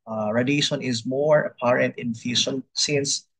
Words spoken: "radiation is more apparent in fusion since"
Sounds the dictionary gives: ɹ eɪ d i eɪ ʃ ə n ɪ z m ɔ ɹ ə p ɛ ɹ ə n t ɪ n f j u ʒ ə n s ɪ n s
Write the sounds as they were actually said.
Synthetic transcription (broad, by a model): ɹ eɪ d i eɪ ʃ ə n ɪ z m ɔ ɹ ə p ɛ ɹ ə n t ɪ n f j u ʃ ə n s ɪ n s